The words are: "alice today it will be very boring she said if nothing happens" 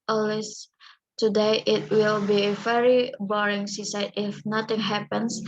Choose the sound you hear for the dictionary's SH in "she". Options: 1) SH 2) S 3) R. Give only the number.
2